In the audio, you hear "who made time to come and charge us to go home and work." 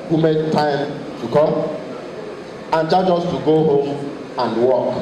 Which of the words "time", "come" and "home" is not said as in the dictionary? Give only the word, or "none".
come